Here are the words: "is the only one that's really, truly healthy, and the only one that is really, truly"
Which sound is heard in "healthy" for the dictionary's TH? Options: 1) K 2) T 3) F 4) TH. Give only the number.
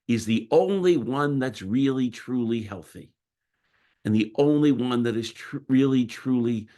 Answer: 4